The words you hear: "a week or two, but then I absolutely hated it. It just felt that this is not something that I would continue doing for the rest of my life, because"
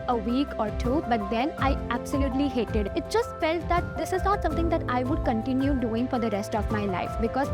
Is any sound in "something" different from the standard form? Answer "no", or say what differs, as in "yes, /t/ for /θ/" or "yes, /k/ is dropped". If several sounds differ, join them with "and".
yes, /t/ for /θ/